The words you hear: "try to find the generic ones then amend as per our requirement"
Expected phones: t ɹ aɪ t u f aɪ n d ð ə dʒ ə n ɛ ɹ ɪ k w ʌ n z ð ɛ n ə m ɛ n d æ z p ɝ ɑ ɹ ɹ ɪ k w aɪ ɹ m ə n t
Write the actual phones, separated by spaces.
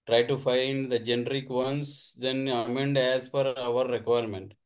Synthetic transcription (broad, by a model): t ɹ aɪ t u f aɪ n d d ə dʒ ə n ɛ ɹ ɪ k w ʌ n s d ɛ n ə m ɛ n d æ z f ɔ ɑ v ɹ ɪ k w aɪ ɹ m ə n t